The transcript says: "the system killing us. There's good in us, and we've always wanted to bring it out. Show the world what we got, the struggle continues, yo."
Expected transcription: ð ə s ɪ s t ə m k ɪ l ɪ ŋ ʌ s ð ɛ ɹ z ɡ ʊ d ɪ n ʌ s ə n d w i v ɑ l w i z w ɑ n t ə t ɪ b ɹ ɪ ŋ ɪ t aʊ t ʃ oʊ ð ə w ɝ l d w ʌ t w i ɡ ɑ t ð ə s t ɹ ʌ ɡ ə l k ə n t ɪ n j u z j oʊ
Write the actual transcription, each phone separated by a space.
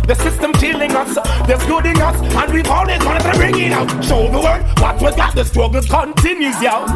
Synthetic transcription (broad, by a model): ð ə s ɪ s t ə m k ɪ l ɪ ŋ ʌ s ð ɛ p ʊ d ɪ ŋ ʌ s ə n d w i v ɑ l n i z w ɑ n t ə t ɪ b ɹ ɪ ŋ ɪ t aʊ t ʃ oʊ ð ə w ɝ d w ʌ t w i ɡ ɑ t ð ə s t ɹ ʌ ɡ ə k ə n t ɪ n j u z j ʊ